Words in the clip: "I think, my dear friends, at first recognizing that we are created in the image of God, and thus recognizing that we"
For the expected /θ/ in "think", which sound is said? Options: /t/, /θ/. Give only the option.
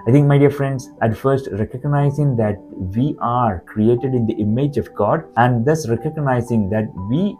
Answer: /t/